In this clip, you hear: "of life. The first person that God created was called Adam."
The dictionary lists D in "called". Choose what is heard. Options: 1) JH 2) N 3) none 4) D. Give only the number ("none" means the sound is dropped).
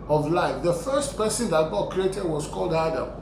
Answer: 4